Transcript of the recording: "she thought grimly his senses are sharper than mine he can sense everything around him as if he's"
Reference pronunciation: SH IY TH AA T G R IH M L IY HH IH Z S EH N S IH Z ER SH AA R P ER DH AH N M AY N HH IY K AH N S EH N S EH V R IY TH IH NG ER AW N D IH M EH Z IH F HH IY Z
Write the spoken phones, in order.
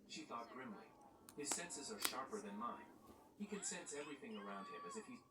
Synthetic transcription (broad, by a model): SH IY TH AA T G R IH M L IY HH IH Z S EH N S IH Z ER SH AA R P ER DH AH N M AY N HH IY K AH N S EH N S EH V R IY TH IH NG ER AW N D IH M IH Z IH F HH IY